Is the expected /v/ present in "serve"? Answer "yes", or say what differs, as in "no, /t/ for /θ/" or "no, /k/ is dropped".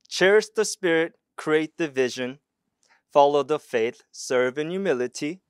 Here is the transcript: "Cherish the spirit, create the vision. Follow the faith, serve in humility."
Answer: yes